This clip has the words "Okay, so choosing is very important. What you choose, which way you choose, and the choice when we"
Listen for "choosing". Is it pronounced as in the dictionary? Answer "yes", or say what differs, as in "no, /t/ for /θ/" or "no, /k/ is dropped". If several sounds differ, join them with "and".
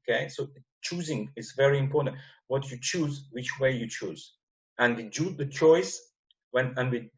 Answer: yes